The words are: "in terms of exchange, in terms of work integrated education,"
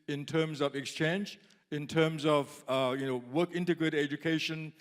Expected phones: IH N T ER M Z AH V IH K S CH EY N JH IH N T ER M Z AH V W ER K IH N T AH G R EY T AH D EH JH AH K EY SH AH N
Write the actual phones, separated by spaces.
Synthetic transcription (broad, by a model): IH N T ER M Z AH V IH K S CH EY N JH IH N T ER M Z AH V W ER K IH N T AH G R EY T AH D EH JH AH K EY SH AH N